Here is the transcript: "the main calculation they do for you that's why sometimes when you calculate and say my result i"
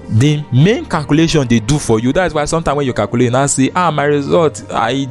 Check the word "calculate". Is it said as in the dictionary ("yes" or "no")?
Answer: no